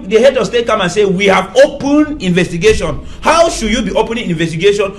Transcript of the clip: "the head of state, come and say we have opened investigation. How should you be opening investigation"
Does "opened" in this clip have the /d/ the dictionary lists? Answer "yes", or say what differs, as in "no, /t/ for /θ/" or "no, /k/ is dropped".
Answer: no, /d/ is dropped